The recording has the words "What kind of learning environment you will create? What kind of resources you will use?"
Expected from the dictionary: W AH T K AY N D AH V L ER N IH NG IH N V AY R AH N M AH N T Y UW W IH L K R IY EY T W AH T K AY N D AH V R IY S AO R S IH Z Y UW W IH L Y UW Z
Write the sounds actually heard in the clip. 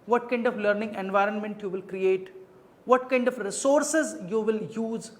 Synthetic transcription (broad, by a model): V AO T K AY N D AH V L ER N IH NG IH N V AY R AH N M AH N T Y UW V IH L K R IY EY T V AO T K AY N D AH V R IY S AO R S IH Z Y UW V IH L Y UW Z